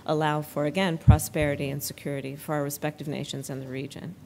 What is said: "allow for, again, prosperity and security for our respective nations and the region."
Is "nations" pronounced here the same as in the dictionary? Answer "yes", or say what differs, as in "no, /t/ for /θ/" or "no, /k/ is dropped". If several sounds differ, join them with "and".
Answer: yes